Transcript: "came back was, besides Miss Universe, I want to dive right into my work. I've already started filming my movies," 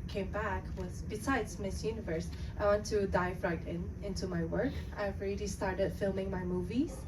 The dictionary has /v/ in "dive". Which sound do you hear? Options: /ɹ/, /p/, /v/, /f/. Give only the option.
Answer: /f/